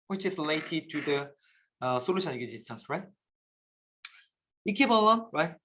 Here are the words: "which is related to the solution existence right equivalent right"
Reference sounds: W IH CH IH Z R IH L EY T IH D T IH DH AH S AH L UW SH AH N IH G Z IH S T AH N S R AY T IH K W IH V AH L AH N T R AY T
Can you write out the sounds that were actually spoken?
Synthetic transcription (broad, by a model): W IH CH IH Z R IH L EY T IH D T IH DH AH S AH L UW SH AH N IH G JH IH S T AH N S R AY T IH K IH P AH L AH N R AY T